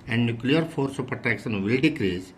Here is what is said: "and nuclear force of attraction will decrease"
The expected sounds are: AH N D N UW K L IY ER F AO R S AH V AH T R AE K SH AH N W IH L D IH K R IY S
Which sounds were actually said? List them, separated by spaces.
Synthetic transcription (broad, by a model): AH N D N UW K L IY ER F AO R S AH P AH T AE K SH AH N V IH L D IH K R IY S